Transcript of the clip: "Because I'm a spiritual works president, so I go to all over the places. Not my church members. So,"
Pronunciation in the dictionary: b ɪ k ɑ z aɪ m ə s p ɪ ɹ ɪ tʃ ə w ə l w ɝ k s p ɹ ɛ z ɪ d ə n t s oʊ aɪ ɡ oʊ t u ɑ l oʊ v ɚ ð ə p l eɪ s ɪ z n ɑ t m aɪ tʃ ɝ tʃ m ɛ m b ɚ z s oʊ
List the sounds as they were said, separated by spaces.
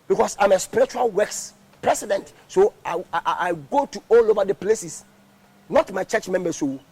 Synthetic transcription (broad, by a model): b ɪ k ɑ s aɪ m ə s p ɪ ɹ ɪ tʃ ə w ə l w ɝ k s p ɹ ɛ s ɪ d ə n t s oʊ aɪ ɡ oʊ t u ɑ l oʊ v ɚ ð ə p l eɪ s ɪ s n ɑ t m aɪ tʃ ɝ tʃ m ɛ m b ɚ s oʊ